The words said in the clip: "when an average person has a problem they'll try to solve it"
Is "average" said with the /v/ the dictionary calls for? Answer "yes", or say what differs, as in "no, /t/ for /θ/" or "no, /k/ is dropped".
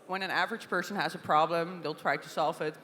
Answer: yes